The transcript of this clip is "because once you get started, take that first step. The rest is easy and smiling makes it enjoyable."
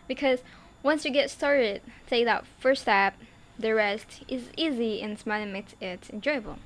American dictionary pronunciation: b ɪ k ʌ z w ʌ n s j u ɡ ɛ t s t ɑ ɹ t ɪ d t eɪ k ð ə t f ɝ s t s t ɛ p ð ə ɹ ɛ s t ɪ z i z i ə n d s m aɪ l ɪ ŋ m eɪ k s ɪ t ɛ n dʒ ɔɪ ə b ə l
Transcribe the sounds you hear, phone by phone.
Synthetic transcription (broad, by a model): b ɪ k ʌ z w ʌ n s j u ɡ ɛ t s t ɑ ɹ t ɪ d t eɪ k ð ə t f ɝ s s t ɛ p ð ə ɹ ɛ s t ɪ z i z i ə n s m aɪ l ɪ m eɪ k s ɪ t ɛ n dʒ ɔɪ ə b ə l